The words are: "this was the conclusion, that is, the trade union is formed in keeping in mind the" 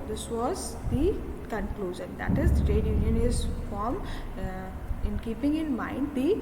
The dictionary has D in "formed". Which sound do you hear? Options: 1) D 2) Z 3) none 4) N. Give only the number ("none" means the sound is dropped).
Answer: 3